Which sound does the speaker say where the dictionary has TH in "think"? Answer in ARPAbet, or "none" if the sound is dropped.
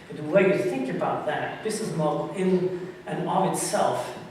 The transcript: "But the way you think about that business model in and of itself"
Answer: TH